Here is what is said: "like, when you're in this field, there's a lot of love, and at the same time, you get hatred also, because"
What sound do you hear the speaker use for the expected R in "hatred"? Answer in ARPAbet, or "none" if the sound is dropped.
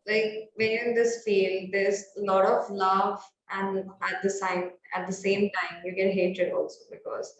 none